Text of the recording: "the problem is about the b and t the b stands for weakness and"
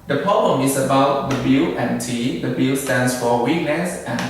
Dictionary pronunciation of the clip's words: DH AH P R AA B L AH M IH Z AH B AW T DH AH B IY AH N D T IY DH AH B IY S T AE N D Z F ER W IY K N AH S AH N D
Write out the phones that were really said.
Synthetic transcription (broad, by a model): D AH P R AA B L AH M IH S AH B AW T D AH B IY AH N T IY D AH B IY S T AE N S F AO W IY K N AH S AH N